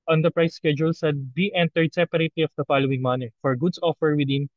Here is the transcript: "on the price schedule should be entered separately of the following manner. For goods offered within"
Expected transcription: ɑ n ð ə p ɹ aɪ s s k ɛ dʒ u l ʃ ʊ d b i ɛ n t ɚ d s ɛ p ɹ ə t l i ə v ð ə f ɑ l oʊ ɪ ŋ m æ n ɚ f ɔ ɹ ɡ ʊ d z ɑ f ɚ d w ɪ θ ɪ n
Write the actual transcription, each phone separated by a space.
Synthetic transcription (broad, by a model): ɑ n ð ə p ɹ aɪ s s k ɛ dʒ u l s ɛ d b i ɛ n t ɚ d s ɛ p ɹ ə t l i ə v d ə f ɑ l oʊ ɪ ŋ m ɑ n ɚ f ɔ ɹ ɡ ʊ d s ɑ f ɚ w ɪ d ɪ n